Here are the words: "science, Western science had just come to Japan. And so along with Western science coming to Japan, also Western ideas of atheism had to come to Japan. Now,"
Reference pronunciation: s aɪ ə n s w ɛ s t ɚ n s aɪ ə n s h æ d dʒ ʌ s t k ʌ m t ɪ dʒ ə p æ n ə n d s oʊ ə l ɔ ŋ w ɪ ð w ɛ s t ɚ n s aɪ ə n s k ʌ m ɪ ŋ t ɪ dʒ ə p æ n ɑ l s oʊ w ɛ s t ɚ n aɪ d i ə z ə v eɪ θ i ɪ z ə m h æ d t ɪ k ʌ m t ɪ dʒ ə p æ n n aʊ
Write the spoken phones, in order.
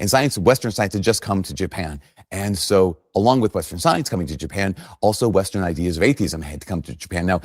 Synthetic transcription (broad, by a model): s aɪ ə n s w ɛ s t ɚ n s aɪ ə n s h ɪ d dʒ ʌ s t k ʌ m t ɪ dʒ ə p æ n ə n s oʊ ə l ɔ ŋ w ɪ ð w ɛ s t ɚ n s aɪ ə n s k ʌ m ɪ ŋ t ɪ dʒ ə p æ n ɑ l s oʊ w ɛ s t ɚ n aɪ d i ə z ə v eɪ θ i ɪ z ə m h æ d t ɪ k ʌ m t ɪ dʒ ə p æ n n aʊ